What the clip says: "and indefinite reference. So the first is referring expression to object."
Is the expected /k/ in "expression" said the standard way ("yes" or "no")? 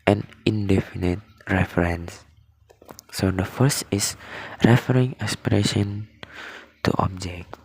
no